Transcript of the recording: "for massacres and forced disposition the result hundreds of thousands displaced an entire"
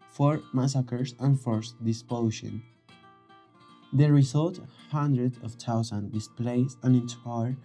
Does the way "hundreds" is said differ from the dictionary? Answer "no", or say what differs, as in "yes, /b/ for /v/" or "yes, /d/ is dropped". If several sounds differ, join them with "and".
yes, /z/ is dropped